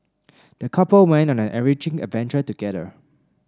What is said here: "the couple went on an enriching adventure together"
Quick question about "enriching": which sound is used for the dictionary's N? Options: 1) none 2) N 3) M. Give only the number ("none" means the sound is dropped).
1